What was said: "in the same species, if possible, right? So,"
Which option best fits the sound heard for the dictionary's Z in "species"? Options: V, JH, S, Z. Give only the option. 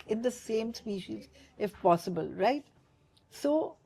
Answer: Z